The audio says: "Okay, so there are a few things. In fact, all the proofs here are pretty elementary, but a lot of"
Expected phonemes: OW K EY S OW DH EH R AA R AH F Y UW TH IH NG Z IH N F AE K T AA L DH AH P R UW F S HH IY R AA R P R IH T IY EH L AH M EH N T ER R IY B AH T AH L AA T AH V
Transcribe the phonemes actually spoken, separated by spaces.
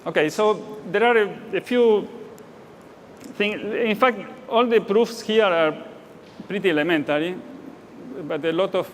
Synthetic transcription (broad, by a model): OW K EY S OW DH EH R AA R AH F Y UW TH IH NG IH N F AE K T AA L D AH P R UW F S HH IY R AA R P R IH T IY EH L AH M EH N T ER R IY B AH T AH L AA T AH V